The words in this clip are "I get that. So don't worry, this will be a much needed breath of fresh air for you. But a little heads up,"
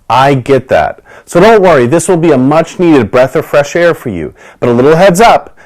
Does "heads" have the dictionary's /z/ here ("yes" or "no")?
yes